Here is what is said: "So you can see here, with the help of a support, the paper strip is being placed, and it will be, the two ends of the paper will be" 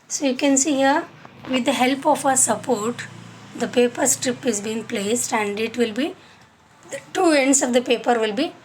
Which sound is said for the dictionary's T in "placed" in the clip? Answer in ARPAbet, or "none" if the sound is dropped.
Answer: T